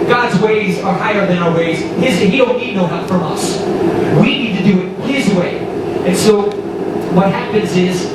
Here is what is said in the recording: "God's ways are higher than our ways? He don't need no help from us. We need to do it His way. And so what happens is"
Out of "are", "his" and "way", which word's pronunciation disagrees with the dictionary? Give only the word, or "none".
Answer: none